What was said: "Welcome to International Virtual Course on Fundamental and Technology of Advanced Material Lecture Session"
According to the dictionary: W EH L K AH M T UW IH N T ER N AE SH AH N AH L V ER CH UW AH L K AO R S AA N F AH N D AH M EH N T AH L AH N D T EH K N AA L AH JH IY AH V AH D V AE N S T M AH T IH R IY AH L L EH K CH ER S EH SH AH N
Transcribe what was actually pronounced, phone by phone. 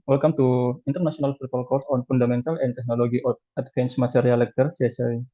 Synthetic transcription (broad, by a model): W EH L K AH M T UW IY N T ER N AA S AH N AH L F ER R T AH L K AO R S AA N F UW N D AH M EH N T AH L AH N T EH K N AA L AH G IY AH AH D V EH N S M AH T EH R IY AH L L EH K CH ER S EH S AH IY